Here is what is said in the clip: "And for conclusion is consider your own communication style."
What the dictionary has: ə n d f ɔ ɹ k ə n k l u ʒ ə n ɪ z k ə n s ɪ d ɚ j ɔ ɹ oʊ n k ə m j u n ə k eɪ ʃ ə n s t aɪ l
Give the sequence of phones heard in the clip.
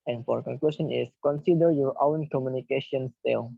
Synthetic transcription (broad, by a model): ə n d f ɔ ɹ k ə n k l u s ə n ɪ s k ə n s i d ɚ j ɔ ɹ oʊ n k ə m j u n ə k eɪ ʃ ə n s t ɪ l